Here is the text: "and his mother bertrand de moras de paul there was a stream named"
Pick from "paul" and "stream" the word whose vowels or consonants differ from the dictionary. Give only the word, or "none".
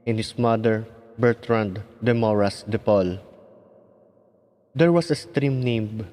none